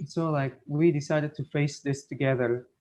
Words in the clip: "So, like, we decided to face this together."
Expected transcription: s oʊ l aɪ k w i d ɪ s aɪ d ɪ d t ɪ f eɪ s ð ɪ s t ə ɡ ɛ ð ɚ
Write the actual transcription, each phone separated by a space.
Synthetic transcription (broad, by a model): s oʊ l aɪ k w i d ɪ s aɪ d ɪ d t ɪ f eɪ s ð ɪ s t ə ɡ ɛ ð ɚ